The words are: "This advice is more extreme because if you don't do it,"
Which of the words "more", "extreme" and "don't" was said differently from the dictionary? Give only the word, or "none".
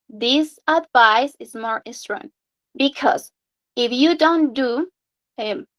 extreme